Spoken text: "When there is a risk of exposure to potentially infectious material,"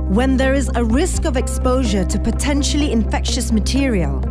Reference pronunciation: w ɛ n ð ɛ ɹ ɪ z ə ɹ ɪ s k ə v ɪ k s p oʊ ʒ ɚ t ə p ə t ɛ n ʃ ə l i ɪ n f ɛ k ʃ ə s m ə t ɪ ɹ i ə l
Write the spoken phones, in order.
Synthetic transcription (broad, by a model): w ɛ n ð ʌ ɹ ɪ z ə ɹ ɪ s k ə v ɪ k s p oʊ ʒ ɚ t ə p ə t ɛ n ʃ ə l i ɪ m f ɛ k ʃ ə s m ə t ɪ ɹ i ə l